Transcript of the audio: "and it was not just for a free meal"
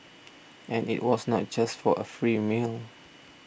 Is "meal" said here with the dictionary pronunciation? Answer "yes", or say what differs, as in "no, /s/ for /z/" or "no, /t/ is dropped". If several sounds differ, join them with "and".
yes